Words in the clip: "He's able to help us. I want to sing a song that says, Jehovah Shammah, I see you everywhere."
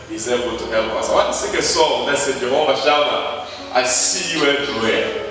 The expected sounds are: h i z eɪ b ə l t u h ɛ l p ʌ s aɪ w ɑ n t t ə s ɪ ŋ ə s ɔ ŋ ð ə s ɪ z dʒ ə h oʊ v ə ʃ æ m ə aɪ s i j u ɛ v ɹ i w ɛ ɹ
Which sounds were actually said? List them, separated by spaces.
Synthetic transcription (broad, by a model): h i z eɪ b ə l t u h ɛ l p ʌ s aɪ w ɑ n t t ə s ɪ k ə s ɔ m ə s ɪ dʒ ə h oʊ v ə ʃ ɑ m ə aɪ s i j u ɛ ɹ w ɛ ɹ